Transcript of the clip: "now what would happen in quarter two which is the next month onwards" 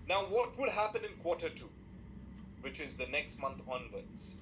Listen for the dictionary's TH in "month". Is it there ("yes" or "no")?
no